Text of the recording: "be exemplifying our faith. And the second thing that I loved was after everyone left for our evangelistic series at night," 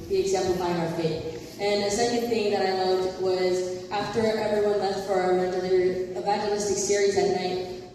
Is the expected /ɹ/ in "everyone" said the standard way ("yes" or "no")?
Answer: yes